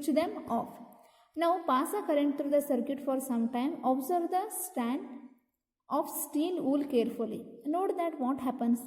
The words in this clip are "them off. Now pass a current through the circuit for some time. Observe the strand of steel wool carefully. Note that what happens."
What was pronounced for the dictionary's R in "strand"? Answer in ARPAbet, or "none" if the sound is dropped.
none